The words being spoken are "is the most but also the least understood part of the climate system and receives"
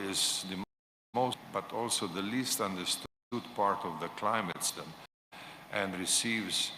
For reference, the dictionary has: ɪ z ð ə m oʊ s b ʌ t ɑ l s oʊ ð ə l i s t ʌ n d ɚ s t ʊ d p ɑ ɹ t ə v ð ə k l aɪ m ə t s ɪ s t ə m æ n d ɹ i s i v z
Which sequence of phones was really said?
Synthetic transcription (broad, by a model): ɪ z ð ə m oʊ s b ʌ t ɑ l s oʊ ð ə l i s t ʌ n d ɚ s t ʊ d p ɑ ɹ t ə v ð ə k l aɪ m ə t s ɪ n t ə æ n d ɹ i s i v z